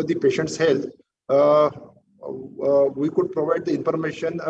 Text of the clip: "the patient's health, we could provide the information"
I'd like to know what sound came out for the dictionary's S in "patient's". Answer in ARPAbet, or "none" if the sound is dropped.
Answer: S